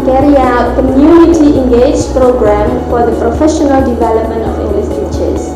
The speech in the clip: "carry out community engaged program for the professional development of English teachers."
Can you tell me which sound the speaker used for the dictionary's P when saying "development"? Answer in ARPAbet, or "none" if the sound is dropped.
P